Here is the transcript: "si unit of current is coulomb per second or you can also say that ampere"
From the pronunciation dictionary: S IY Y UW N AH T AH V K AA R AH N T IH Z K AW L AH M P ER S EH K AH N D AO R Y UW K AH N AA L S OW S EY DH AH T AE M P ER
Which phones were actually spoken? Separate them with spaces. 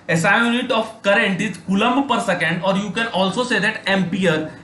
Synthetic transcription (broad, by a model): S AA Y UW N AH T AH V K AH R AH N T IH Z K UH L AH M P ER S EH K AH N D AO R Y UW K AH N AA L S OW S EY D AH T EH M P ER